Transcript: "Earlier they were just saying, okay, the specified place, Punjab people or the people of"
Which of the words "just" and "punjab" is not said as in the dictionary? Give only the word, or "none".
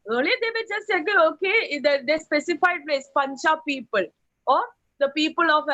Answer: punjab